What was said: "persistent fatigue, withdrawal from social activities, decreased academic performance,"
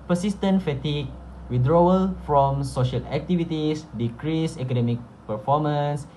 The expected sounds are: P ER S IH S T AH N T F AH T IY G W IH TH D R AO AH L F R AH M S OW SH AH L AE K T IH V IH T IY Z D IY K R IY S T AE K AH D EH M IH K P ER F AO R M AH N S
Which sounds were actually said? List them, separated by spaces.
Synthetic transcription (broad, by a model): P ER S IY S T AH N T F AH T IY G W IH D R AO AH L F R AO M S OW SH AH L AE K T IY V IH T IY S D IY K R IY S EH K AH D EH M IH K P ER F AO M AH N S